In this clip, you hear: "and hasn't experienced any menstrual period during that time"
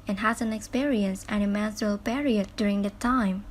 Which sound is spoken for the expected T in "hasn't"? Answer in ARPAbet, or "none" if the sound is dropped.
none